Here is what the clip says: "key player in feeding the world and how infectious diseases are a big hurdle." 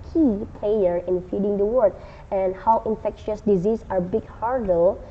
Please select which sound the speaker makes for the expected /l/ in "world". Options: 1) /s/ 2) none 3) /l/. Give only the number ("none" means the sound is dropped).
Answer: 2